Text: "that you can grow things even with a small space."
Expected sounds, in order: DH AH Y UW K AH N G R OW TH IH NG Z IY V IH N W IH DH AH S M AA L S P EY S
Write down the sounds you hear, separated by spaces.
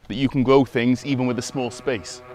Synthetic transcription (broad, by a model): DH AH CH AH K AH N G R OW TH IH NG Z IY V IH N W IH DH AH S M AA L S P EY S